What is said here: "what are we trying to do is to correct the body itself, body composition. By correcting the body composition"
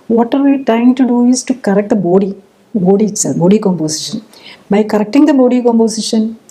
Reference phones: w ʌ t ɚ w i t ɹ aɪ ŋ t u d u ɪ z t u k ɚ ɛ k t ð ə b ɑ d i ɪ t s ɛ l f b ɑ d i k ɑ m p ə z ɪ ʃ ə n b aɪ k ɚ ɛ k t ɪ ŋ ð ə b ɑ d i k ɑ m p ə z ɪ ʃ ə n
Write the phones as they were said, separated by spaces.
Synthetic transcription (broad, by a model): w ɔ t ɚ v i t aɪ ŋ t u d u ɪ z t u k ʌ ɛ k t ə b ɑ d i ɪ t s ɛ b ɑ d i k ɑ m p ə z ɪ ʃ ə n b aɪ k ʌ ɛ k t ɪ ŋ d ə b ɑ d i k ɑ m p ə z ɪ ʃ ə n